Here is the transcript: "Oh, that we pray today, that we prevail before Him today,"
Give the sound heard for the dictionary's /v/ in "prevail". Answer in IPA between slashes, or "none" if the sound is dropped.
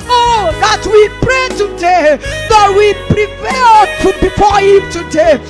/p/